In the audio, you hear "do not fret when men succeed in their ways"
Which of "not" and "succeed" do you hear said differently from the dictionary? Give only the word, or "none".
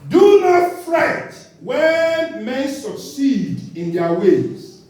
none